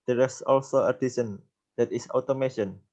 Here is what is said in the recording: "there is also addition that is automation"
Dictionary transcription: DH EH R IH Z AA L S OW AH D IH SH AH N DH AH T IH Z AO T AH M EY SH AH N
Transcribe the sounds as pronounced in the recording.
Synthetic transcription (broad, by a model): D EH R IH S AA L S OW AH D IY S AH N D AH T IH S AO T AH M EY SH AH N